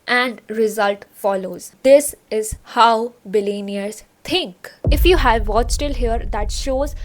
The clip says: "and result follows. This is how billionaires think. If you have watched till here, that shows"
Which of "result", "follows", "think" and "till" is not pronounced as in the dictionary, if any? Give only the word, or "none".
think